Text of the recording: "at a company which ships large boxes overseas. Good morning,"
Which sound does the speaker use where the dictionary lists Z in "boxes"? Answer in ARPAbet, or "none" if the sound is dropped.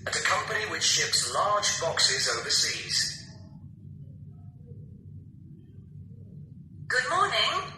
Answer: Z